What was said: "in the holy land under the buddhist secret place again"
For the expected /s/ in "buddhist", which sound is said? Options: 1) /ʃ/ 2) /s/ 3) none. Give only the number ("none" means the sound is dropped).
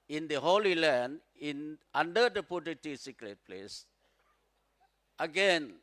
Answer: 3